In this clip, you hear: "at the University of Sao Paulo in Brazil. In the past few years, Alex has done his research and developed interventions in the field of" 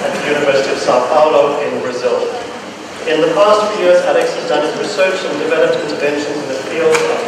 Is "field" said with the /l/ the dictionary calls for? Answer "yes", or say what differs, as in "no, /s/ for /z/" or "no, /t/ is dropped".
yes